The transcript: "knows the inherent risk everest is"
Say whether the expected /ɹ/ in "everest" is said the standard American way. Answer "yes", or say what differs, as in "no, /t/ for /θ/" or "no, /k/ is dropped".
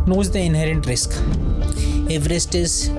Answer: yes